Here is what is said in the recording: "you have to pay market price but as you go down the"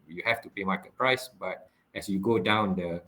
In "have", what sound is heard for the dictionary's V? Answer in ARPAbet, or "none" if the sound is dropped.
F